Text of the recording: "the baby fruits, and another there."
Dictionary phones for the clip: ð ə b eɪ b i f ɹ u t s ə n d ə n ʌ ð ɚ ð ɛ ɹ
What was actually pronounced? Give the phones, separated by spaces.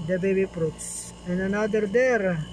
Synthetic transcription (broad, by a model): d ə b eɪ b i p ɹ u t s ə n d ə n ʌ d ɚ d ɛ ɹ